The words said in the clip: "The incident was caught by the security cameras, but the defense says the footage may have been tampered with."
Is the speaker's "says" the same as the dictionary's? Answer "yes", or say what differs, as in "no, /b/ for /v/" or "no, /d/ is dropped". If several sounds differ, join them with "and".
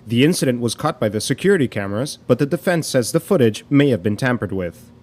yes